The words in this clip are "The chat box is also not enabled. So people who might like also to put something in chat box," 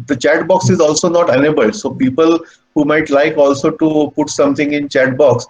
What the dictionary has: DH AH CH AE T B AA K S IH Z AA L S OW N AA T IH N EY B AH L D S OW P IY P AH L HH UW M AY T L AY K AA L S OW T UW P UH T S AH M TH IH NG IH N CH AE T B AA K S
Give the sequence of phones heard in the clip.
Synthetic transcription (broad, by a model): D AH CH AE T B AA K S IH Z AA L S OW N AA T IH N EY B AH L S OW P IY P AH L HH UW M AY T L AY K AA L S OW T UW P UH T S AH M T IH NG IH N CH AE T B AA K S